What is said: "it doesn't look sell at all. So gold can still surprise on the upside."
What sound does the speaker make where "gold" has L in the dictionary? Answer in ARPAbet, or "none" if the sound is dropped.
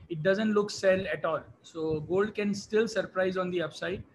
L